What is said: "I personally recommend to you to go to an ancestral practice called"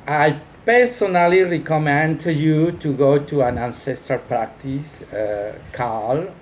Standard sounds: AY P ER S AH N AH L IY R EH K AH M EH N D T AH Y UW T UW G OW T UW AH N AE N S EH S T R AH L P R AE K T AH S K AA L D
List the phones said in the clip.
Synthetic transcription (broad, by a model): AY P ER S AH N AH L IY R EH K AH M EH N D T Y UW T UW G OW T UW AH N AE N S EH S T R AH L P R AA K T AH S K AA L